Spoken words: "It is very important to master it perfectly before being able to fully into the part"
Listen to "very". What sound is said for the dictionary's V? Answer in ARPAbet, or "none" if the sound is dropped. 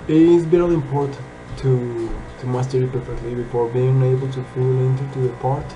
B